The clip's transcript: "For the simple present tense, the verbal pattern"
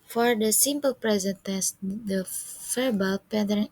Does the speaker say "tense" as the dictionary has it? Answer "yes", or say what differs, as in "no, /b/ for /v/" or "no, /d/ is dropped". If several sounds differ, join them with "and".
no, /n/ is dropped